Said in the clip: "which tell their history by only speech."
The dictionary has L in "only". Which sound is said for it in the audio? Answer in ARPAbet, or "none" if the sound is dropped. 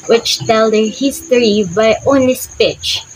none